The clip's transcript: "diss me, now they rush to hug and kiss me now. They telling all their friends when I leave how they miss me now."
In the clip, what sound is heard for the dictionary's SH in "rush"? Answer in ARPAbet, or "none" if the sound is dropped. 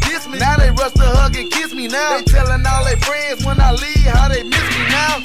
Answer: S